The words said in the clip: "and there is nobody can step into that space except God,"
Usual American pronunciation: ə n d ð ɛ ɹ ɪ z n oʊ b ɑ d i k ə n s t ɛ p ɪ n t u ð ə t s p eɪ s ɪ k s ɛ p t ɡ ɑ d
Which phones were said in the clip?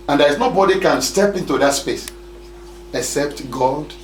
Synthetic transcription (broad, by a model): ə n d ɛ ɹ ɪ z n oʊ b ɑ d i k ə n s t ɛ p ɪ n t u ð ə t s p eɪ s ɪ k s ɛ p t ɡ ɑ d